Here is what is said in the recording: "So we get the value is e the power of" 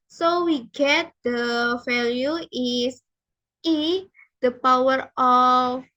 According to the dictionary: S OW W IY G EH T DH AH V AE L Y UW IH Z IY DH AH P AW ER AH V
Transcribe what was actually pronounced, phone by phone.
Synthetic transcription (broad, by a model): S OW W IY G EH T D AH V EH L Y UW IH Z IY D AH P AW ER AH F